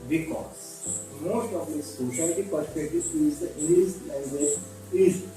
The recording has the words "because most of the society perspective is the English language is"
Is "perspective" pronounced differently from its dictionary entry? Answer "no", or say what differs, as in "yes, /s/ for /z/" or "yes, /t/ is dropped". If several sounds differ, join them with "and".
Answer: yes, /v/ is dropped